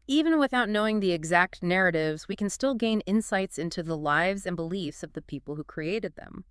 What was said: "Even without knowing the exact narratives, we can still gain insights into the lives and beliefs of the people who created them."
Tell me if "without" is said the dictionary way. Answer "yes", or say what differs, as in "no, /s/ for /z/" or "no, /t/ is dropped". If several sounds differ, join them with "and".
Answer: yes